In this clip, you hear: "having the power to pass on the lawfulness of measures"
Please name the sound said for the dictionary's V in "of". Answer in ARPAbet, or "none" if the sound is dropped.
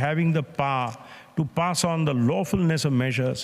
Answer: V